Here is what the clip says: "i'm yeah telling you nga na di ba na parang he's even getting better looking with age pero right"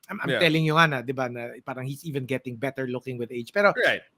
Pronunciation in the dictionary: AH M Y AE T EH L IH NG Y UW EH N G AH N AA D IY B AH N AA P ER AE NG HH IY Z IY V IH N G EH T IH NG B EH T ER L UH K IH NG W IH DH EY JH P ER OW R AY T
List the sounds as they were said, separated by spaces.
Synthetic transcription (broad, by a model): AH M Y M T EH L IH NG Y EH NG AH N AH D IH B AH N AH P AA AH NG HH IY S IY V IH N G EH T IH NG B EH T ER L UH K IH NG W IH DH EY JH P ER OW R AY T